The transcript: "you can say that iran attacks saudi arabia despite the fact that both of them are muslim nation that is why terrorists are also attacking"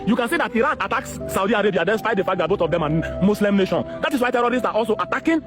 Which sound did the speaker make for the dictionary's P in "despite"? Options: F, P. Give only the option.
F